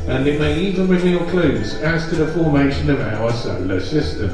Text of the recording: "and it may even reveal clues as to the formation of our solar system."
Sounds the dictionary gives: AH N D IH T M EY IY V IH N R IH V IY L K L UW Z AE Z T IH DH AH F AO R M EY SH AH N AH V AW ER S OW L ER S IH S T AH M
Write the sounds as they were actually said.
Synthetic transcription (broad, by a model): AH N IH T M EY IY V IH N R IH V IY N K L UW Z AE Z T IH DH AH F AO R M EY SH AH N AH V AW ER S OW L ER S IH S T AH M